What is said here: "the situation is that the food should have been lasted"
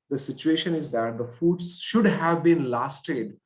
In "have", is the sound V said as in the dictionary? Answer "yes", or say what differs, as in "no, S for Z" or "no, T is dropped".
yes